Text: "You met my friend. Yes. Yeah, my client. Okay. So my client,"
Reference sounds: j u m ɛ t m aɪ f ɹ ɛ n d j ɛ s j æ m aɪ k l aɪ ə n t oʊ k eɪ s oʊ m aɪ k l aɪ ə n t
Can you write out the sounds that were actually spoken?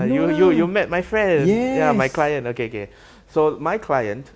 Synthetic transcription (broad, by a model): j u m ɛ t m aɪ f ɹ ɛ n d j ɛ j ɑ m aɪ k l aɪ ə n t oʊ k eɪ s oʊ m aɪ k l aɪ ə n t